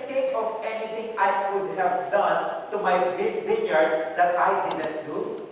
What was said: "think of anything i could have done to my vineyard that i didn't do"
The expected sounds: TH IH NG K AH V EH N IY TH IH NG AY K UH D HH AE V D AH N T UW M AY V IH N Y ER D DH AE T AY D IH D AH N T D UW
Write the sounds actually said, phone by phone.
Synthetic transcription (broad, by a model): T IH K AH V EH N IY T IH NG AY K UH D HH AE V D AH N T UW M AY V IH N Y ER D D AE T AY D IH D AH N T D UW